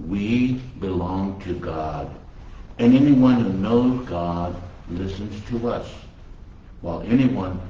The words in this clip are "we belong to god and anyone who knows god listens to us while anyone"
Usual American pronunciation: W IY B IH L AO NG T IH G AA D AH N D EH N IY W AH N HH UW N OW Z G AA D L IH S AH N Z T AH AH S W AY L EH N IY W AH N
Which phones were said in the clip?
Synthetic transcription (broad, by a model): W IY B IH L AO NG T IH G AA D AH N EH N IY W AH N HH UW N OW Z G AA D L IH S AH N Z T AH AH S W AY L EH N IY W AH N